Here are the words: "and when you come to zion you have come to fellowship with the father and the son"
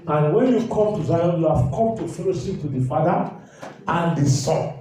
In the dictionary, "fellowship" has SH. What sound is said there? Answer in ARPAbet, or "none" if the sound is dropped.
S